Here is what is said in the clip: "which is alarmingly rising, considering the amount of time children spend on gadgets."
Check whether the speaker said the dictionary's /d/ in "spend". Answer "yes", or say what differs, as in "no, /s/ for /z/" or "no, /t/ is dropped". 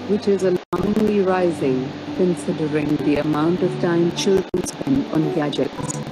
no, /d/ is dropped